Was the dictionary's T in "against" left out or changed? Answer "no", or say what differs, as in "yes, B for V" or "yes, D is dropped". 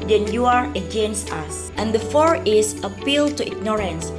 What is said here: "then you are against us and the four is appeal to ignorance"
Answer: yes, T is dropped